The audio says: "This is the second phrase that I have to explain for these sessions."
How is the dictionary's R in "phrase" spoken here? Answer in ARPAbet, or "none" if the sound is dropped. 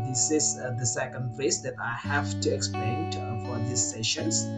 none